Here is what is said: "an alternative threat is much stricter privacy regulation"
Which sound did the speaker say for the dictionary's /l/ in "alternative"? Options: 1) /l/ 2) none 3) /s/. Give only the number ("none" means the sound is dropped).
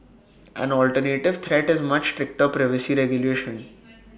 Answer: 1